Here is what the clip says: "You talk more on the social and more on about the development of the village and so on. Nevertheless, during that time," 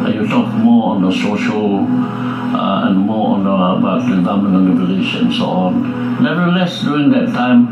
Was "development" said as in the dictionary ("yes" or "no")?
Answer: no